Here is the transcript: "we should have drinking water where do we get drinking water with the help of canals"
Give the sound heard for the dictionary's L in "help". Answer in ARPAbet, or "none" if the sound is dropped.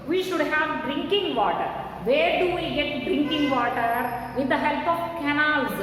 L